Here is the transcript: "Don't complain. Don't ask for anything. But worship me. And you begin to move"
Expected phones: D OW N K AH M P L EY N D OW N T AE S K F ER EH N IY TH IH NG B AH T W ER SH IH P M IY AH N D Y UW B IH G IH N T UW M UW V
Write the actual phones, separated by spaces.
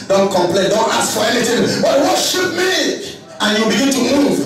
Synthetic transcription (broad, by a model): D OW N K AH M P L EY N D OW N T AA S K F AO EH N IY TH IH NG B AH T W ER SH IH P M IY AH N Y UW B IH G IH N T UW M UW V